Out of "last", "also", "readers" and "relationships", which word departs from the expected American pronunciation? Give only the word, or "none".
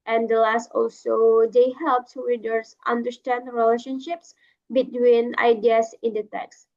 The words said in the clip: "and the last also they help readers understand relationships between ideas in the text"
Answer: readers